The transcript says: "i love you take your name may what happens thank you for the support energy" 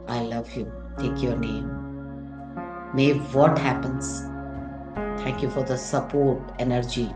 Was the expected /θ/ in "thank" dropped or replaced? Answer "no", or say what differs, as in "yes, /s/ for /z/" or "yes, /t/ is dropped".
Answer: yes, /t/ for /θ/